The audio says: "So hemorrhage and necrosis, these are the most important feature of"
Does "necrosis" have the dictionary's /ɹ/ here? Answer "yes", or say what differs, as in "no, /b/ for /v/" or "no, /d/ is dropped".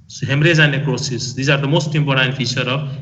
no, /ɹ/ is dropped